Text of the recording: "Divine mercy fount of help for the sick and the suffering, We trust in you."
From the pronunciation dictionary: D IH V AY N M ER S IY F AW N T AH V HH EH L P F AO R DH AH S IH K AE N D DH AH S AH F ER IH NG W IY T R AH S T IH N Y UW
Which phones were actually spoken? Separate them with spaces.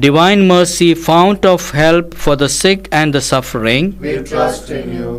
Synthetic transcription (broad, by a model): D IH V AY N M ER S IY F AW N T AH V HH EH L P F AO R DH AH S IH K AE N D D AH S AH F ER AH T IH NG